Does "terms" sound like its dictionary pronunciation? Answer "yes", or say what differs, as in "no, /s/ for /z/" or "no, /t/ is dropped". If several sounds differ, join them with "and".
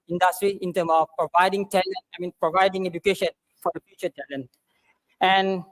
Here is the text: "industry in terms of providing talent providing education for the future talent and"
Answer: no, /z/ is dropped